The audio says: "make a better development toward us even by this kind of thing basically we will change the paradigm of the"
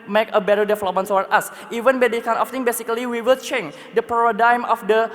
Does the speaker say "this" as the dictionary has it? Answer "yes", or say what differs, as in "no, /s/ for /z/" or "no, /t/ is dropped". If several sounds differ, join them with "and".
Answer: no, /s/ is dropped